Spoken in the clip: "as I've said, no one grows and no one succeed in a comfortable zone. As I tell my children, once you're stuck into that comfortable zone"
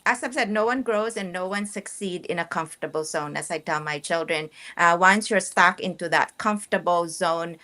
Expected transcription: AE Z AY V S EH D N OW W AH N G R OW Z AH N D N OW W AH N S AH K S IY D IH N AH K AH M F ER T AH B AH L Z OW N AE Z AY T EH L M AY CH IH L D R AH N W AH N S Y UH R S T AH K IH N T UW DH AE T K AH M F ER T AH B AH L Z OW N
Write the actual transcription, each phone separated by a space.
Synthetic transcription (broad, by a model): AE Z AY B S EH D N OW W AH N G R OW Z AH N N OW W AH N S AH K S IY D IH N AH K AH M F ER T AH B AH L Z OW N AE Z AY T EH L M AY CH IH L D R AH N W AH N S Y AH R S T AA K IH N T UW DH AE T K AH M F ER T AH B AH L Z OW N